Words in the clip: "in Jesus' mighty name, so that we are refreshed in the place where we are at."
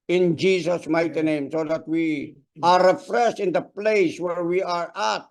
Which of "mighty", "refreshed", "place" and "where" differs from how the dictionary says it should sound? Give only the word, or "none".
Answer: refreshed